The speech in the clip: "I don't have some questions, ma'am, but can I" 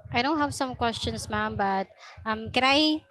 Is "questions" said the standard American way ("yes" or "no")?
no